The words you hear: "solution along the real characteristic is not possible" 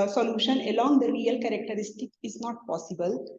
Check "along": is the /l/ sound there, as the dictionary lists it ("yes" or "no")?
yes